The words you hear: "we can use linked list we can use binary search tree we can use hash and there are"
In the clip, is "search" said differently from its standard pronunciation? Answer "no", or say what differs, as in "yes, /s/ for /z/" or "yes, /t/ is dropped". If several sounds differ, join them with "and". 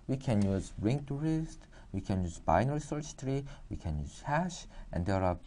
yes, /s/ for /tʃ/